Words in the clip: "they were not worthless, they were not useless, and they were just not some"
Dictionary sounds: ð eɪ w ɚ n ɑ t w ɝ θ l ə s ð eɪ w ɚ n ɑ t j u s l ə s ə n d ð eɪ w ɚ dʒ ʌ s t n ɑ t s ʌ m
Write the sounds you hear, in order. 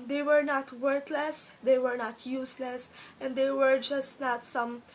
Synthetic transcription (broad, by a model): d eɪ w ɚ n ɑ t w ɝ t l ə s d eɪ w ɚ n ɑ t j u s l ə s ə n d eɪ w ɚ dʒ ʌ s t n ɑ t s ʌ m